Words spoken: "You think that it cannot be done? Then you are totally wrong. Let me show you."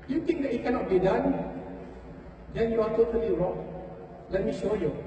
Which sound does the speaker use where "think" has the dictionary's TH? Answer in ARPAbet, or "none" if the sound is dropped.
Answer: T